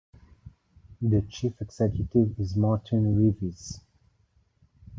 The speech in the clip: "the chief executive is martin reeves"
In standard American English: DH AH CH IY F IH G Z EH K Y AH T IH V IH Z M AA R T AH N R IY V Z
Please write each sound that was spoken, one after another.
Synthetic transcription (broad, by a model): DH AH CH IY F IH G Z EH K Y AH T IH V IH Z M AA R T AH N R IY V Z